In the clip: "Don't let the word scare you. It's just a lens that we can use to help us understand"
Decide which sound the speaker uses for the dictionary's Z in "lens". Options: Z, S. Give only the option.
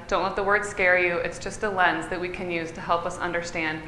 Z